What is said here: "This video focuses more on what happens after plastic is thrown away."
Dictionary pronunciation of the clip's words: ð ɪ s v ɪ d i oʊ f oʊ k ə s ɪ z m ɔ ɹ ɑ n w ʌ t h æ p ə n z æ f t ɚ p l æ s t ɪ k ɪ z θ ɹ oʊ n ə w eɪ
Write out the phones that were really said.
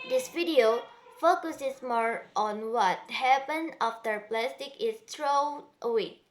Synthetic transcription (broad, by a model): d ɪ s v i d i oʊ f oʊ k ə s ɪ s m ɔ ɹ ɑ n w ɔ t h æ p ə n ɑ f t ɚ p l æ s t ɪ k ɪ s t ɹ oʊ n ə w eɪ